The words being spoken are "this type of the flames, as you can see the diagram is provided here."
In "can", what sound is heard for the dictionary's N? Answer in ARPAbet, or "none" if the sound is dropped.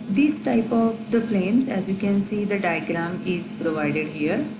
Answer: N